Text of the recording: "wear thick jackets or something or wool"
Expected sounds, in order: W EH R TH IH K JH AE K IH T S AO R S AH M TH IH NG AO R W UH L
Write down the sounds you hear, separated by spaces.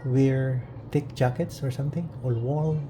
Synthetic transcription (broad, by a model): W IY R T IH K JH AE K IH T S AO R S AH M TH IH NG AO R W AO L